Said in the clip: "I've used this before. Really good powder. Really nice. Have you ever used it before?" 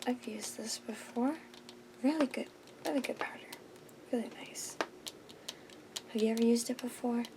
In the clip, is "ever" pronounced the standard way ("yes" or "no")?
yes